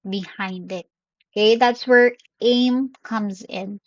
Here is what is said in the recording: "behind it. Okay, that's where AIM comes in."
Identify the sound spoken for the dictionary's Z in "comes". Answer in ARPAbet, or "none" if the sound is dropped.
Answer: Z